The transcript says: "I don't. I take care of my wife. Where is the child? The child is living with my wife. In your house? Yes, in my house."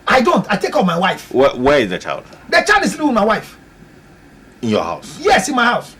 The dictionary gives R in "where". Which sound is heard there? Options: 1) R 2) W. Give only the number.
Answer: 2